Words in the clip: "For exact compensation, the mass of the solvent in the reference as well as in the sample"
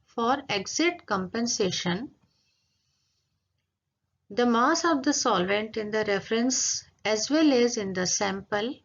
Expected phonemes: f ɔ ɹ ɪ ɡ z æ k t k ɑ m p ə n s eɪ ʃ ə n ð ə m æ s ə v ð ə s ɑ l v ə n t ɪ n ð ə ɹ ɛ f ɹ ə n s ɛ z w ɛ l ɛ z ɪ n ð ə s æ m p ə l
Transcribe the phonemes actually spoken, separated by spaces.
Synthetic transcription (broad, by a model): f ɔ ɹ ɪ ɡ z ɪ t k ɑ m p ə n s eɪ ʃ ə n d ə m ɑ s ə v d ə s ɑ l v ə n t ɪ n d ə ɹ ɛ f ɹ ə n s ɛ z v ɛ l ɛ z ɪ n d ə s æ m p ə l